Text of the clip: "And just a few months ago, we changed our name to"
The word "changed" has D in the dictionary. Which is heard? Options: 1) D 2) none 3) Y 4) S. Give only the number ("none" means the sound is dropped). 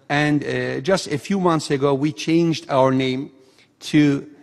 1